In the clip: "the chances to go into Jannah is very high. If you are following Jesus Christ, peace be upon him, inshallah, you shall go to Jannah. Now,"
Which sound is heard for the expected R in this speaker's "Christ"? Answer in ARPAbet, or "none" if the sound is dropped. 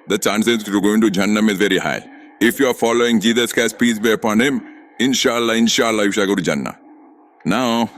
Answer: none